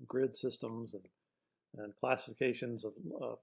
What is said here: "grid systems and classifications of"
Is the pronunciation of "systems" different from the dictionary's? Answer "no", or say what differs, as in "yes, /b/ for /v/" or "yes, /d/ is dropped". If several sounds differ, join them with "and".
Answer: no